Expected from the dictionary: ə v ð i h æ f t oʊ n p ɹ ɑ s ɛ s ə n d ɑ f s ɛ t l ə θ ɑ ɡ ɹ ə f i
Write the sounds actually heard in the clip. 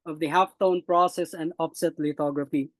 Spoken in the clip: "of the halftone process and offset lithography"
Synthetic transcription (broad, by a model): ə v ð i h æ f t oʊ n p ɹ ɑ s ɛ s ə n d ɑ p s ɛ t l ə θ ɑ ɡ ɹ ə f i